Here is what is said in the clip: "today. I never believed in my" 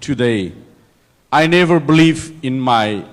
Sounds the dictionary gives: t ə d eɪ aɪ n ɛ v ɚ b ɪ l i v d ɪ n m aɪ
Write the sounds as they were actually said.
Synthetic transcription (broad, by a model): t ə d eɪ aɪ n ɛ v ɚ b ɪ l i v ɪ n m aɪ